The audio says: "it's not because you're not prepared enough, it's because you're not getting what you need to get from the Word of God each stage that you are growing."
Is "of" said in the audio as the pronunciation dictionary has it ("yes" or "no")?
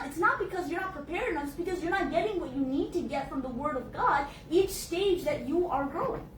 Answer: yes